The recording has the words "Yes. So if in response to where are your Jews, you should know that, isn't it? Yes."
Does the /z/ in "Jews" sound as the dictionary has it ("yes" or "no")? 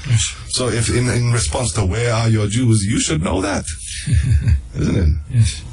yes